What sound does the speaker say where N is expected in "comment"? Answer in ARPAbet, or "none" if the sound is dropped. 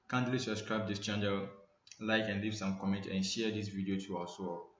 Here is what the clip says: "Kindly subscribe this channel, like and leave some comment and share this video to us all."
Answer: N